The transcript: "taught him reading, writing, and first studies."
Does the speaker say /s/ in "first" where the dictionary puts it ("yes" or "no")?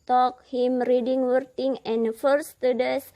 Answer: no